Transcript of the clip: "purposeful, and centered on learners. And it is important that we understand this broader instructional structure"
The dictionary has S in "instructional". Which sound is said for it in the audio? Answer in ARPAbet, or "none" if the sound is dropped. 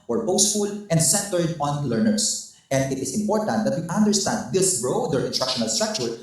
none